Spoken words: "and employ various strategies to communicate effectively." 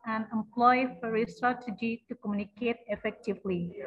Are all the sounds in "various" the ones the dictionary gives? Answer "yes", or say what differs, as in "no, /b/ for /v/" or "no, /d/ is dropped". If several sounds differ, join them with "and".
no, /f/ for /v/